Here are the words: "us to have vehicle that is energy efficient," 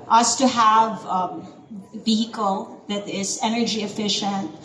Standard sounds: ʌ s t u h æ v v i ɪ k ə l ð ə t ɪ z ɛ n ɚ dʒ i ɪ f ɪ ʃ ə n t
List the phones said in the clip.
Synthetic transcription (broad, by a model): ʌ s t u h æ v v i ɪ k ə l ð ə t ɪ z ɛ n ɚ dʒ i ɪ f ɪ ʃ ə n t